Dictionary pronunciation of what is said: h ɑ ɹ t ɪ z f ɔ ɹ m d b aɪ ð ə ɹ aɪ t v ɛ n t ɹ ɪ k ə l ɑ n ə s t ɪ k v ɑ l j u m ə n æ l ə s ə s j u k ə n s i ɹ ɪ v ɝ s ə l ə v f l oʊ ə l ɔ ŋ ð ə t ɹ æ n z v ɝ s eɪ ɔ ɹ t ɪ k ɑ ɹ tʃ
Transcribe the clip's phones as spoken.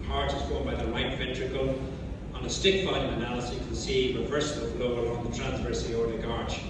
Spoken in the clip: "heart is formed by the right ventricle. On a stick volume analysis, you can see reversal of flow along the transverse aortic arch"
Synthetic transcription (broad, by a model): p ɑ ɹ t ɪ z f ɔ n b aɪ ð ə l aɪ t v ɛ n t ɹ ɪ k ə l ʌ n ə s t ɪ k f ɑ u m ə n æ l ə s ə k ə n s i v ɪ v ɝ s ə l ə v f l oʊ ə l ɔ ŋ ð ə t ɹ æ n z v ɝ s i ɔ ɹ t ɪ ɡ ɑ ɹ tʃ